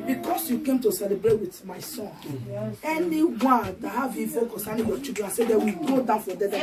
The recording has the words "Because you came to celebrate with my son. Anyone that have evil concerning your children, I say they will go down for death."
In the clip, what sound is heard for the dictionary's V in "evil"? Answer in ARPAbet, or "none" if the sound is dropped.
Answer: F